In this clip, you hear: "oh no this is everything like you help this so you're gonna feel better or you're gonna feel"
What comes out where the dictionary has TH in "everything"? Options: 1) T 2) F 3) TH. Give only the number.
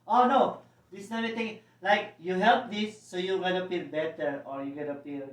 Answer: 1